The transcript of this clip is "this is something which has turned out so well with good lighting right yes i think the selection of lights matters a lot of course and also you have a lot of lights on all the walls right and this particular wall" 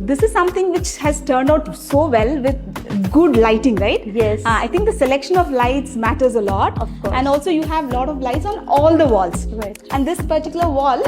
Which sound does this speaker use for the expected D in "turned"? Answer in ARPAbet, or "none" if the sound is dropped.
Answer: D